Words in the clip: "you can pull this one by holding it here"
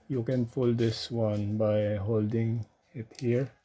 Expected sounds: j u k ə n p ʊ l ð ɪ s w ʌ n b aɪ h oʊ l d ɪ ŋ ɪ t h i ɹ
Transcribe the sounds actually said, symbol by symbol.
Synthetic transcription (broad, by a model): j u k ə n f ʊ l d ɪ s w ʌ n b aɪ h oʊ l d ɪ ŋ ɪ t h i ɹ